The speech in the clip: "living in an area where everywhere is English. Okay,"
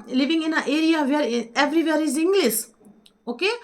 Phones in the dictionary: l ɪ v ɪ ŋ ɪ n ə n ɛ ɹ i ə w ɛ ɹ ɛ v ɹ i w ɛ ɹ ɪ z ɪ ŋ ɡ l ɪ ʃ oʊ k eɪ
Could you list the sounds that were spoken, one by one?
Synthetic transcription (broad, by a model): l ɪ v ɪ ŋ ɪ n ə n ɛ ɹ i ə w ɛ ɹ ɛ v ɹ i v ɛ ɹ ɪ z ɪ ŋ ɡ l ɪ s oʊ k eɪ